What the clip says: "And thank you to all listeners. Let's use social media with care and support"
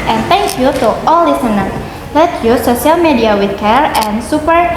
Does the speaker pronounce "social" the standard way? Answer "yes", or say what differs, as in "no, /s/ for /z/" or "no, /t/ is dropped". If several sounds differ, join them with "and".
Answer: no, /ʃ/ is dropped